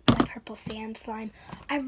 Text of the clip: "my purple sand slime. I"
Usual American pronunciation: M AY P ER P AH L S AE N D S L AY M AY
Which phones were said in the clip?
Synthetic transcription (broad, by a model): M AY P ER P L S AE N D S L AY M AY